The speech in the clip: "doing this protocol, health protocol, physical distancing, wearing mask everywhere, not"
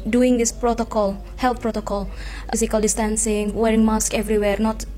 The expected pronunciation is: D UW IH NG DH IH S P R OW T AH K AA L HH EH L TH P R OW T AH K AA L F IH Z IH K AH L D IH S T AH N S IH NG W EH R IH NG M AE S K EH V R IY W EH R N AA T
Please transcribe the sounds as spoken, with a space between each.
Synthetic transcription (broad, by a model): D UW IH NG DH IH S P R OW T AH K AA L HH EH L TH P R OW T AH K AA L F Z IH K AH L D IH S T AH N S IH NG W EH R IH NG M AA S K EH V R IY W EH R N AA T